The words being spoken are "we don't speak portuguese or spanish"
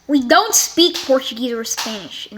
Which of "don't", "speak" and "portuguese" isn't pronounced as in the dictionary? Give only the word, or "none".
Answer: none